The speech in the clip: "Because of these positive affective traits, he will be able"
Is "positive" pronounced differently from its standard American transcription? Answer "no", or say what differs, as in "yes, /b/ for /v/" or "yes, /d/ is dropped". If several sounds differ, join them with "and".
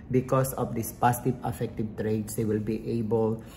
yes, /s/ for /z/